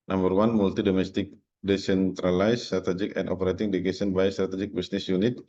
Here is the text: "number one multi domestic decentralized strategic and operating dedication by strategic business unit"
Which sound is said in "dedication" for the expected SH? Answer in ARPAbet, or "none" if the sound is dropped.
S